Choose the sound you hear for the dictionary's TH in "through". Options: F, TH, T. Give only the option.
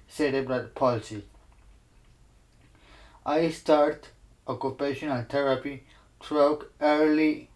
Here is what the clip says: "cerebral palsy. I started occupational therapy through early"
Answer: T